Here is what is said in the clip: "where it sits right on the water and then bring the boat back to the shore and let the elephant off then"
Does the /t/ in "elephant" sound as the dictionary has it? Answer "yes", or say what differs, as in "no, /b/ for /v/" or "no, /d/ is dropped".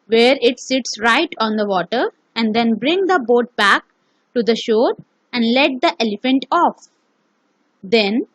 yes